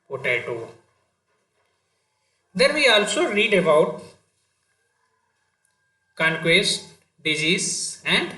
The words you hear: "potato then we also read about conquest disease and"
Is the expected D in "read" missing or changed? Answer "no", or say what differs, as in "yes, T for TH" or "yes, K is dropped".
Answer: no